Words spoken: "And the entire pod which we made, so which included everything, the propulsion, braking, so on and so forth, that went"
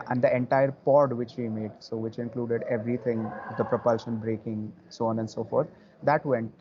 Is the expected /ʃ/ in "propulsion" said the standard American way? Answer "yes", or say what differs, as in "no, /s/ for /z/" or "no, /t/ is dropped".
yes